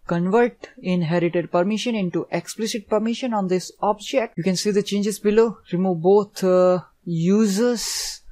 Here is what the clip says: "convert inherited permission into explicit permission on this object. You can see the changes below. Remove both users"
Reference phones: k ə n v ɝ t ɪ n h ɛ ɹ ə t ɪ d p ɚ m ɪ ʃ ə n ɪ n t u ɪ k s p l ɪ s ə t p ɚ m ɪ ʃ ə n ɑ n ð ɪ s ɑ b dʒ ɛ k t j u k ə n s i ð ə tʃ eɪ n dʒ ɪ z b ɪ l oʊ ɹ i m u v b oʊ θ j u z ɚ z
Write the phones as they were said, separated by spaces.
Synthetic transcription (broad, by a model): k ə n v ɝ t ɪ n h ɛ ɹ ə t ɪ d p ɚ m ɪ ʃ ə n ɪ n t u ɪ k s p l ɪ s ə t p ɚ m ɪ ʃ ə n ɑ n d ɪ s ɑ b dʒ ɛ k t j u k ə n s i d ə tʃ eɪ n dʒ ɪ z b ɪ l oʊ ɹ i m u v b oʊ t j u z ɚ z